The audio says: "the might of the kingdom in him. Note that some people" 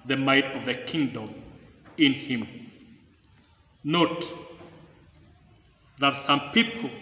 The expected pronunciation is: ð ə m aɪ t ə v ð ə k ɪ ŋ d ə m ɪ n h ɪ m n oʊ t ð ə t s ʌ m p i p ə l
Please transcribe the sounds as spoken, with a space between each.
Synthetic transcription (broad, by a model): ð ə m aɪ t ə v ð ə k ɪ ŋ d ə m ɪ n h ɪ m n oʊ t ð ə t s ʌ m p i p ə l